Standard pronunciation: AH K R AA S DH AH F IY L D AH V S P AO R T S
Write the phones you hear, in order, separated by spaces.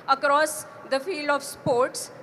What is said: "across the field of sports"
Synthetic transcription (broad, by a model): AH K R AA S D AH F IY L D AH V S P AO R T S